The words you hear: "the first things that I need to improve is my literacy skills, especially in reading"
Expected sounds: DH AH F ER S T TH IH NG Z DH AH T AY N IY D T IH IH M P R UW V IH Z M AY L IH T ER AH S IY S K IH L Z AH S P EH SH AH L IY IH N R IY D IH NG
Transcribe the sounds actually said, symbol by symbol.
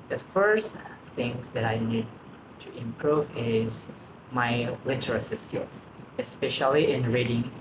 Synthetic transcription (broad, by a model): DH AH F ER S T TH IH NG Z DH AH T AY N IY D T IH IH M P R UW V IH Z M AY L IH T ER AH S IY S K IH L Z AH S P EH SH AH L IY IH N R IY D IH NG